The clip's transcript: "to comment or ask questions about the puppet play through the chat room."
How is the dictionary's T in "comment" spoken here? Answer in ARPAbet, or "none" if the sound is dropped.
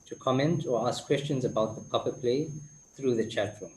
T